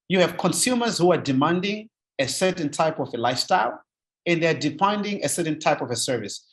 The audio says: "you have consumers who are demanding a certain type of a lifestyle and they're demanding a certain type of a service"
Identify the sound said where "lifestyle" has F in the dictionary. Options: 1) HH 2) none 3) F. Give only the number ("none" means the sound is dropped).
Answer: 3